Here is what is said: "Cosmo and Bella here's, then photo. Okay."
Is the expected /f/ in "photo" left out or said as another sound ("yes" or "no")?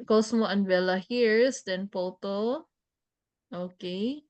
yes